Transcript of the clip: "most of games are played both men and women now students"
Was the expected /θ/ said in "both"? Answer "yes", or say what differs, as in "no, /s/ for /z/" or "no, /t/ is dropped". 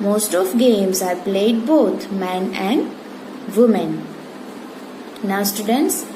no, /t/ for /θ/